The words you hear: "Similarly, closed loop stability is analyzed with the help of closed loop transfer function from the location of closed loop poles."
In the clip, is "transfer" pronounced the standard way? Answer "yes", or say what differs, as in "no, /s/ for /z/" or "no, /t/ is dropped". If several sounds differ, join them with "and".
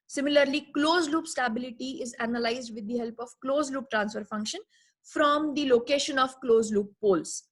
yes